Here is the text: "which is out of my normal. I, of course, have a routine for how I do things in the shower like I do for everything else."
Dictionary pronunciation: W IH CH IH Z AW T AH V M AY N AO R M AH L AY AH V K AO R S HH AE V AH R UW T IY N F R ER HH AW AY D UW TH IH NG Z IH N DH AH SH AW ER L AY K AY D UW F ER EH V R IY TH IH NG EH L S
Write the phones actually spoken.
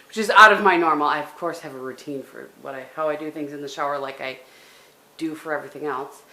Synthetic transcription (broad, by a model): W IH CH IH Z AW T AH V M AY N AO R M L AY AH V K AO R S HH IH V AH R UW T IY N F R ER HH AW AY D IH TH IH NG Z IH N DH AH SH AW ER L AY K AY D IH F ER EH V R IY TH IH NG EH L S